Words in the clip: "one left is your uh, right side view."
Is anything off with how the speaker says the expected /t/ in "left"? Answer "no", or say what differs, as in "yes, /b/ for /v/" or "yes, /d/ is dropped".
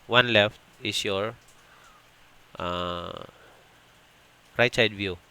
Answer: no